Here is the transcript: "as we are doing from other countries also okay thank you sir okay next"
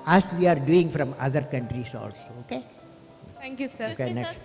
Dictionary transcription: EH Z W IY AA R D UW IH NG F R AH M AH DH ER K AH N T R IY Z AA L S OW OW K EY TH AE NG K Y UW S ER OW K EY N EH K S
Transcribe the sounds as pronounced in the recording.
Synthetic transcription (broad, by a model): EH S W IY AA R D UW IH NG F R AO M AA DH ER K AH N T R IY S AA L S OW OW K EY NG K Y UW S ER OW K EY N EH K S